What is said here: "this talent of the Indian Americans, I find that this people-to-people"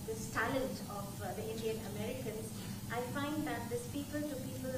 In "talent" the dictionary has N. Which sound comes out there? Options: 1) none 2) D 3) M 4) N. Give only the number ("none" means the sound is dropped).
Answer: 1